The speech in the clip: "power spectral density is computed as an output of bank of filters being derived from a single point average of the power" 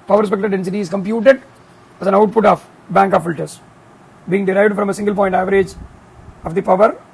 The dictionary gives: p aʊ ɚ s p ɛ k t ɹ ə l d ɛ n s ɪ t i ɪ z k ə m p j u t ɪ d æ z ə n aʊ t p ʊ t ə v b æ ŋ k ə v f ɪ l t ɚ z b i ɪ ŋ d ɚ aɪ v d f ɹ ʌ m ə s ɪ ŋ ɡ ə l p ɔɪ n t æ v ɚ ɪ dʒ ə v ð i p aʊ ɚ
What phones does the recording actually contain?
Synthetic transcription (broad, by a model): p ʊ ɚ s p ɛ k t ə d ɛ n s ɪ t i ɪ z k ə m p j u t ɪ d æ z ə n aʊ t p ʊ t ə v b æ ŋ k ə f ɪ l t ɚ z b i ɪ ŋ d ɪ aɪ v d f ɹ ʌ m ə s ɪ ŋ ɡ ə l p ɔɪ n t æ v ɚ ɪ dʒ ə v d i p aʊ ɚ